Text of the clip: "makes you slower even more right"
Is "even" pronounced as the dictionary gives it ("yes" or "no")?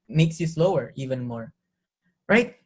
yes